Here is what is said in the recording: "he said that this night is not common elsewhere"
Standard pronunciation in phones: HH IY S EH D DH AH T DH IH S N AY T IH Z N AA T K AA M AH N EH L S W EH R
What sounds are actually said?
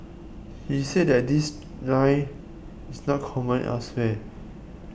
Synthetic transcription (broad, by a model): HH IY S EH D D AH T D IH S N AY IH S N AA T K AA M AH N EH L S W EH